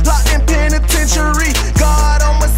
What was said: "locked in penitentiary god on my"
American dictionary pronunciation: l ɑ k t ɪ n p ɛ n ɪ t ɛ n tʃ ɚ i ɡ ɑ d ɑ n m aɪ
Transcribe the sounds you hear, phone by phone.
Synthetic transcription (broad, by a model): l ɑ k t ɪ n p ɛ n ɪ t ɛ n ʃ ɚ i ɡ ɑ d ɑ l m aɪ